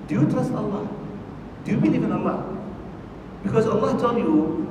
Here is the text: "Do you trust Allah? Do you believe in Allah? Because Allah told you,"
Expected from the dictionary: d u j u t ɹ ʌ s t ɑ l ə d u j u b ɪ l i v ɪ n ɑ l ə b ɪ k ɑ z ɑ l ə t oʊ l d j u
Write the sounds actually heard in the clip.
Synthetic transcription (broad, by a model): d j u t ɹ ʌ s t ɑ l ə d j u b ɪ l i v ɪ n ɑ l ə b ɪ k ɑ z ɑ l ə s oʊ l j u